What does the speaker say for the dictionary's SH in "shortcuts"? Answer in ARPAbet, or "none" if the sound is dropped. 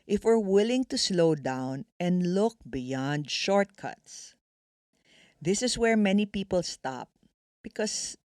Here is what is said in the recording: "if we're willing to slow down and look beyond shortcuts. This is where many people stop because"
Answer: SH